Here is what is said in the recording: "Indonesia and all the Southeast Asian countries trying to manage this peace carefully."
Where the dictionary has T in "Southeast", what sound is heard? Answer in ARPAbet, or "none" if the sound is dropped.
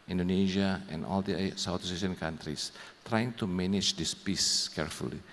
none